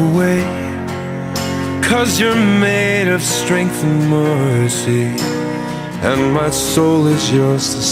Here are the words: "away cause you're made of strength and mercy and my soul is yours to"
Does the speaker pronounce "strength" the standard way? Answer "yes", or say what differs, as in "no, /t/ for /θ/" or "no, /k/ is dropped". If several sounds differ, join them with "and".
yes